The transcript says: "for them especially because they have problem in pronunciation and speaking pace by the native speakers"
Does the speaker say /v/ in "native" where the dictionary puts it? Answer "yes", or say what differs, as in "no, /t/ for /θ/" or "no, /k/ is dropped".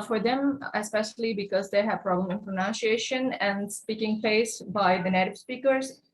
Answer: no, /b/ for /v/